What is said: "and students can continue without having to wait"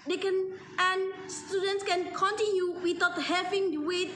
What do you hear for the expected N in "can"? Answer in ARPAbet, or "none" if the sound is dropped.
N